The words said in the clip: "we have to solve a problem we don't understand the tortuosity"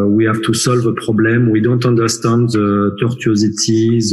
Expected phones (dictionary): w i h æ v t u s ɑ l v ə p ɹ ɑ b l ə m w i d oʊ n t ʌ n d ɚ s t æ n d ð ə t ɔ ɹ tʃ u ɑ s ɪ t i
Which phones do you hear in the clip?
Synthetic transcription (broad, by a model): w i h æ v t u s ɑ l v ə p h ɑ b l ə m w i d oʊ n t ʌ n d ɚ s t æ n d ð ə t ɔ ɹ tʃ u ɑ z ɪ t i